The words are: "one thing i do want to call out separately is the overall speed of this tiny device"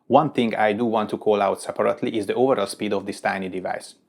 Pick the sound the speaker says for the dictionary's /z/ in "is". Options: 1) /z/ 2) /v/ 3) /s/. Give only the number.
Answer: 1